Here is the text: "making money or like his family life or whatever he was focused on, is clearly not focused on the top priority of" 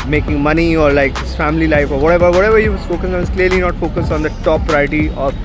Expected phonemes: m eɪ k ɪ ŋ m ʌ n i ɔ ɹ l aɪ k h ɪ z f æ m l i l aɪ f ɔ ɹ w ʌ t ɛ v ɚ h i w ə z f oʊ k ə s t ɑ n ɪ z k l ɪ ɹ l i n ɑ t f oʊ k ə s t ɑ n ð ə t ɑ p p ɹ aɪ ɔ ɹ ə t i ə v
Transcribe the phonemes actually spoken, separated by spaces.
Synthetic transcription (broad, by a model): m eɪ k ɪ ŋ m ʌ n i ɔ ɹ l aɪ k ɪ s f æ m l i l aɪ f ɔ ɹ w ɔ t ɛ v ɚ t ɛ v ə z f oʊ k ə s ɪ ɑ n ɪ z k l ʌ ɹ l i n ɑ t f oʊ k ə s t ɑ n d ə t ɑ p p ɹ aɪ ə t i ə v